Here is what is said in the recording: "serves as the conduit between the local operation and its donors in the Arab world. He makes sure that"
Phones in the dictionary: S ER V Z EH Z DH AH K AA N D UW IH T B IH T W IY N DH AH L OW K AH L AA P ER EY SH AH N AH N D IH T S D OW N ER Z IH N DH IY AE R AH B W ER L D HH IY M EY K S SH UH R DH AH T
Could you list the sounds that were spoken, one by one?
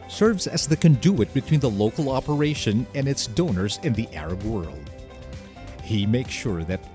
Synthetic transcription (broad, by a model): S ER V Z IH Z DH AH K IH N D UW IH T B IH T W IY N DH AH L OW K L AA P ER EY SH AH N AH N IH T S D OW N ER Z IH N DH IY AE R AH B W ER L D HH IY M EY K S SH UH R DH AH T